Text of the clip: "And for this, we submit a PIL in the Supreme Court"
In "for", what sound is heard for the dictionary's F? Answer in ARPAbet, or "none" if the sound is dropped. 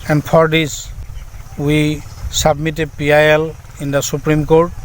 P